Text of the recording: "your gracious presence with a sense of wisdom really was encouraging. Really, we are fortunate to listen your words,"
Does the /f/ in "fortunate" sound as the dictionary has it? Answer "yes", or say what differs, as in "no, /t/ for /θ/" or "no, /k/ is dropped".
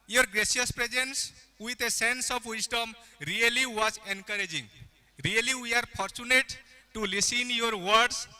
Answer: no, /p/ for /f/